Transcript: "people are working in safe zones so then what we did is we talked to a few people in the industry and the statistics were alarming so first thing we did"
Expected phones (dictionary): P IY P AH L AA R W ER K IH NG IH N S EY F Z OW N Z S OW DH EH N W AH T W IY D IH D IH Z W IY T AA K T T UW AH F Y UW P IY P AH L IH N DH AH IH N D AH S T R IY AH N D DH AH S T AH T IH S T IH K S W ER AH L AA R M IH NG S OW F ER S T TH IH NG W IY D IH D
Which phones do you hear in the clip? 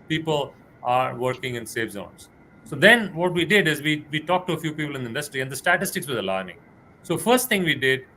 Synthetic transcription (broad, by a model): P IY P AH L AA R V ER K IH NG IH N S EY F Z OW N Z S OW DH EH N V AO T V IY D IH D IH Z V IY T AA K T T UW AH F Y UW P IY P AH L IH N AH IH N D AH S T R IY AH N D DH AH S T AH T IH S T IH K S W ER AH L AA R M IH NG S OW F ER S T T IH NG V IY D IH D